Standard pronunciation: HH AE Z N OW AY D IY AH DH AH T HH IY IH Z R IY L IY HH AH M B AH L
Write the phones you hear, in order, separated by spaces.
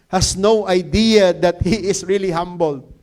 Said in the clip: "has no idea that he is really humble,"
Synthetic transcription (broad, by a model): HH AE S N OW AY D IY AH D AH T HH IY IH S R IY L IY HH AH M B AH L